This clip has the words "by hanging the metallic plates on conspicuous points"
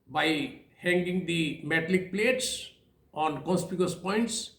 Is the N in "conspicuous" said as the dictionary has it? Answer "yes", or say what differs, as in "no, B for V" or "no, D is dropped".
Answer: no, N is dropped